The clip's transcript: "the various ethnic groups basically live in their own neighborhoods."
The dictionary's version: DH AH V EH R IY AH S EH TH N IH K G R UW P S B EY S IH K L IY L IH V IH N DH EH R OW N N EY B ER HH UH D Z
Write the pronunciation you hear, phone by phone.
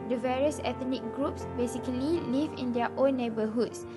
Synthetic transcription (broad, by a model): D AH V EH R IY AH S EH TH N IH K G R UW P S B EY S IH K L IY L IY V IH N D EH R OW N N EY B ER HH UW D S